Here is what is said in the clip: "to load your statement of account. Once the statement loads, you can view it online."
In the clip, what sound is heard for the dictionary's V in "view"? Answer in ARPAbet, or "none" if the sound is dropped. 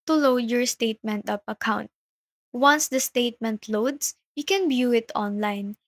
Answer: B